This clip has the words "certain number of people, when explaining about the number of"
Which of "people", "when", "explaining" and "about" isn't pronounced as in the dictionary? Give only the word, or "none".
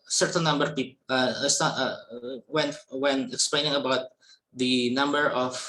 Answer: people